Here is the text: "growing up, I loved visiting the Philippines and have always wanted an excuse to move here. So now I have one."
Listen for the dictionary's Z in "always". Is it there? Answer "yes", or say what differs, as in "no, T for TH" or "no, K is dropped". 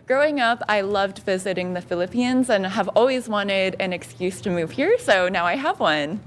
yes